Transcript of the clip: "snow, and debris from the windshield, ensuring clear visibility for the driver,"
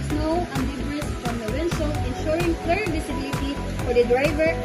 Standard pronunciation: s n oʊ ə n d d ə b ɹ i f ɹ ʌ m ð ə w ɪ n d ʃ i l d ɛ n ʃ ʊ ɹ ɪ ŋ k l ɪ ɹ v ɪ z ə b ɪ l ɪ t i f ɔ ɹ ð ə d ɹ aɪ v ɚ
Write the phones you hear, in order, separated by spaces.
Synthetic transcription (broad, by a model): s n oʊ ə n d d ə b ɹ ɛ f ɹ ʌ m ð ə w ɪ n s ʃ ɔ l ɛ n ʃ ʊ ɹ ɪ ŋ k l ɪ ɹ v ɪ s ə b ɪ l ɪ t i f ɔ ɹ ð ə d ɹ aɪ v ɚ